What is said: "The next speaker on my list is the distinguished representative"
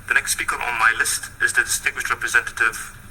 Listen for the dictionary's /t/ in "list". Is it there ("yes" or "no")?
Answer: yes